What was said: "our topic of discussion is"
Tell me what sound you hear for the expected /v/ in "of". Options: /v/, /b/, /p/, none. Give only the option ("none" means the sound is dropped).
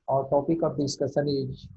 /p/